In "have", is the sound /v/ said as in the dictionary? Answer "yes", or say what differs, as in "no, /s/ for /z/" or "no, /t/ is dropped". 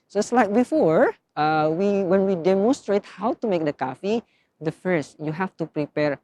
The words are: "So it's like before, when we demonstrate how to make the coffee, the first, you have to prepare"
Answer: no, /f/ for /v/